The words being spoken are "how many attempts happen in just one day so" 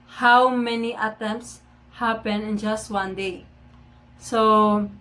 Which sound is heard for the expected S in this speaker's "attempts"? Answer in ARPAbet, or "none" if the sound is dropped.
S